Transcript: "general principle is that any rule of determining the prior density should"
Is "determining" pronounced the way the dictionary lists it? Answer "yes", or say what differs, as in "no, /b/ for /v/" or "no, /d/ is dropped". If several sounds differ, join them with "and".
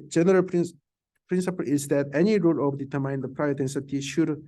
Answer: no, /n/ is dropped